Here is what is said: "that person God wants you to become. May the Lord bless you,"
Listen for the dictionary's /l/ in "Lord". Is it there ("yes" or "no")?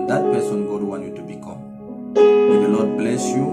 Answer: no